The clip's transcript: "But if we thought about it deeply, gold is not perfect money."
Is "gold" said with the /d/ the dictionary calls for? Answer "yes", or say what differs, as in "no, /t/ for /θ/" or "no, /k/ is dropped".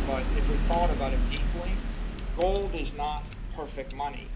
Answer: yes